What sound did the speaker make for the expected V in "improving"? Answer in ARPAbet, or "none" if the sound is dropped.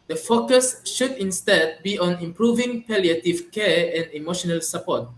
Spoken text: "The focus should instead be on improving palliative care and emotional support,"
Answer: V